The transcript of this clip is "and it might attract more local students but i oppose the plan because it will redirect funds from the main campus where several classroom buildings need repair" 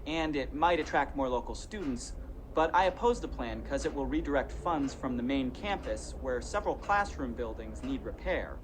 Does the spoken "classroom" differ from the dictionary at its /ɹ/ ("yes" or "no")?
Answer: no